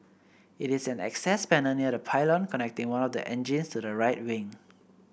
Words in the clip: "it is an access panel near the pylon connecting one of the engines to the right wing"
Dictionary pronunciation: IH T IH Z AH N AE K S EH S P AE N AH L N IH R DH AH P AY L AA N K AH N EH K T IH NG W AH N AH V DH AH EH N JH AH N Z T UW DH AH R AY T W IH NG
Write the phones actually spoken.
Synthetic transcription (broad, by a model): IH T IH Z AH N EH K S EH S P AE N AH N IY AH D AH P AY L AA N K AH N EH K T IH NG W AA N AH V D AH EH N JH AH N S T UW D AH R AY T W IH NG